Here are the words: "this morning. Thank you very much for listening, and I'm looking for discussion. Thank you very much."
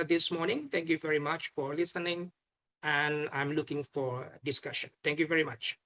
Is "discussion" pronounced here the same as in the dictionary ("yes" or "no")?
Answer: yes